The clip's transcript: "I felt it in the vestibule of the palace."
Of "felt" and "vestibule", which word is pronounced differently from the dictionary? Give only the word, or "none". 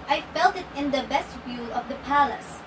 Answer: vestibule